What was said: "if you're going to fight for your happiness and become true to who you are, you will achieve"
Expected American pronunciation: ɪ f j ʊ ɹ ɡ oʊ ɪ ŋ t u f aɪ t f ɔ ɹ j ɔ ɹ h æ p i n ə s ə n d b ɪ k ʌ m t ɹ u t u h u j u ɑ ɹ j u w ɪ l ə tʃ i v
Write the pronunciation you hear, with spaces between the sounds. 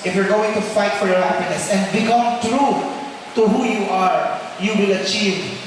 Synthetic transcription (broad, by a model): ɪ f j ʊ ɹ ɡ oʊ ɪ ŋ t u f aɪ t f ɔ ɹ j ɔ ɹ h æ p i n ə s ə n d b ɪ k ʌ m t ɹ u t u h u j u ɑ ɹ j u w ɪ l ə tʃ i v